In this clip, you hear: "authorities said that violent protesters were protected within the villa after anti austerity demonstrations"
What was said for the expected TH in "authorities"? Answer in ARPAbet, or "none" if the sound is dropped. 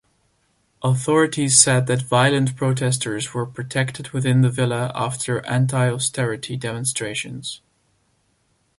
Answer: TH